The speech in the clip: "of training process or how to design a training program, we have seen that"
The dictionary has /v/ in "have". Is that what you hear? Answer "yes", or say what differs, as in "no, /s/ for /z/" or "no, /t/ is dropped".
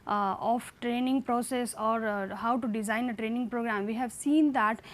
yes